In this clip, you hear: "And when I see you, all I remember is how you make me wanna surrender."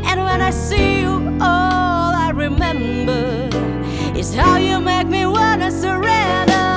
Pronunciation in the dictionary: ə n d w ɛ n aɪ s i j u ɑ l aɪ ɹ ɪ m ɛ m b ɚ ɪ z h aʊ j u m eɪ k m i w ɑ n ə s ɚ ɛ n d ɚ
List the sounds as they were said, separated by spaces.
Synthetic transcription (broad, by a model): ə n w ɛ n aɪ s i j u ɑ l aɪ ɹ ɪ m ɛ m b ɚ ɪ s h aʊ j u m eɪ k m i w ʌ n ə s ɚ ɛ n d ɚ